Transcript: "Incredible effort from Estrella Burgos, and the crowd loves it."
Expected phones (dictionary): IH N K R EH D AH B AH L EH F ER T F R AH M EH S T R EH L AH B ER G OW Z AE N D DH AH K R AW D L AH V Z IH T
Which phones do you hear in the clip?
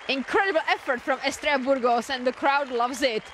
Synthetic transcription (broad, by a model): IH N K R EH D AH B L EH F ER T F R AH M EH S T R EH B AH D G OW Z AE N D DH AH K R AW D L AH V Z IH T